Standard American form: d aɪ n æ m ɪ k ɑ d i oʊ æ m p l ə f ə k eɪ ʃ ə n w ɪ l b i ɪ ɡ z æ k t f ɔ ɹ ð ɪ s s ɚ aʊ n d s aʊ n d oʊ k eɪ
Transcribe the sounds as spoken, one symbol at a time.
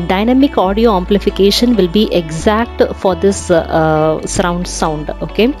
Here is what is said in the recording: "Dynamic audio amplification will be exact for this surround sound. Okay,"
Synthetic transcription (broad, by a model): d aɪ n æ m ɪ k ɑ d i oʊ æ m p l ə f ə k eɪ ʃ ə n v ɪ l b i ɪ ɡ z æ k t f ɔ ɹ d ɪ s s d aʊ n d s aʊ n d oʊ k eɪ